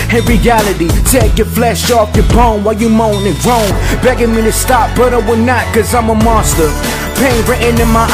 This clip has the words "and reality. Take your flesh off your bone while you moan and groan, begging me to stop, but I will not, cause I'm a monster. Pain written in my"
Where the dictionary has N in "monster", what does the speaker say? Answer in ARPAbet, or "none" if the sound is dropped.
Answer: none